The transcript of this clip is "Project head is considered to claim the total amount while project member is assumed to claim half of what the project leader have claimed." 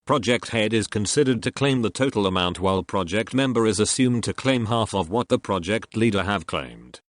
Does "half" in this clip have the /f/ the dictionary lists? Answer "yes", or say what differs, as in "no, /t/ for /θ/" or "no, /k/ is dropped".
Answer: yes